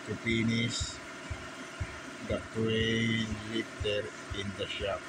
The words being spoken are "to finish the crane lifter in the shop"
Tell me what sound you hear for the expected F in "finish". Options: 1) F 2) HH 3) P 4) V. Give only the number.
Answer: 3